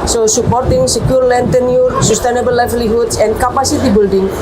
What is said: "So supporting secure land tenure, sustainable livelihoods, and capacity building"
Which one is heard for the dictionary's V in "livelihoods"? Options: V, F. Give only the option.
F